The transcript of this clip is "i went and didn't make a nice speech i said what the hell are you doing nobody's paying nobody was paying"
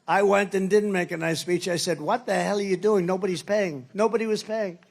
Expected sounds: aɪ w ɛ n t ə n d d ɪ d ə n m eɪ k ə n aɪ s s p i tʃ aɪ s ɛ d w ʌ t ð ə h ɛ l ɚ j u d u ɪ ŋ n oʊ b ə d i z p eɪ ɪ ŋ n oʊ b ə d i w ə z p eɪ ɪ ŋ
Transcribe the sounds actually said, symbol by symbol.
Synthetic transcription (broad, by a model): aɪ w ɛ n t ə n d d ɪ d n m eɪ k ə n aɪ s s p i tʃ aɪ s ɛ d w ʌ t ð ə h ɛ l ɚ j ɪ d u ɪ ŋ n oʊ b ə d i z p eɪ ɪ ŋ n oʊ b ə d i w ə z p eɪ ɪ ŋ